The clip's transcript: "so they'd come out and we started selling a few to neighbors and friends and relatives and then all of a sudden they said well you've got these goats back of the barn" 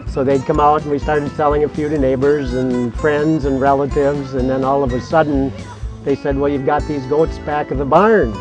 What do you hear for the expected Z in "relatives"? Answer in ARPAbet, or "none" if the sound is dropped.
Z